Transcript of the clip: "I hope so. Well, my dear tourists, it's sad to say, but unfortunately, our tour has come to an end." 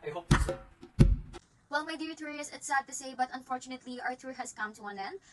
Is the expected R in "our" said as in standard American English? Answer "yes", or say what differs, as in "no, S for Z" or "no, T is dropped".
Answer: yes